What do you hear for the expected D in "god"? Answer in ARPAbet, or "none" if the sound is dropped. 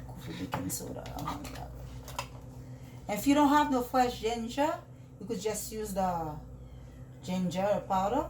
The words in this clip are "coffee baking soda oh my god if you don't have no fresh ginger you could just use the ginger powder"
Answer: none